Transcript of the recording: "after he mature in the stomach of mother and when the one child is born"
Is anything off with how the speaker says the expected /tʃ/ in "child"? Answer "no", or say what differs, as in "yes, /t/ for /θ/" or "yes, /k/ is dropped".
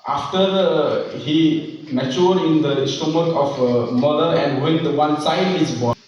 yes, /s/ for /tʃ/